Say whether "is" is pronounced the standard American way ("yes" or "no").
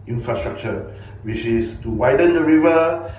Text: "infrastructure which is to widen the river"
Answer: no